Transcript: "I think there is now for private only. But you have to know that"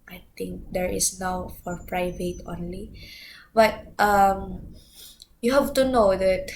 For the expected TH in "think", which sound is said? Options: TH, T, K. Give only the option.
T